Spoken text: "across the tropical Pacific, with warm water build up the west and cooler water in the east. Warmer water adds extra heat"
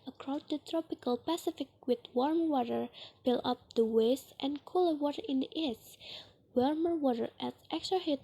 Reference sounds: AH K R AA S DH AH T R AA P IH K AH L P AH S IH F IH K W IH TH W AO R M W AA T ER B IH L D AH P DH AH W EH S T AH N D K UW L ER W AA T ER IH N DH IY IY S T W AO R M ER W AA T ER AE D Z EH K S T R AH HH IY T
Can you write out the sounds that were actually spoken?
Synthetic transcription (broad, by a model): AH K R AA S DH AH T R AA P IH K AH L P AH S IH F IH K W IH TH W AO R M W AA T ER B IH L AH P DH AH W EH S T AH N K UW L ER W AA T ER IH N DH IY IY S W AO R M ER W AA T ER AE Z EH K S T R AH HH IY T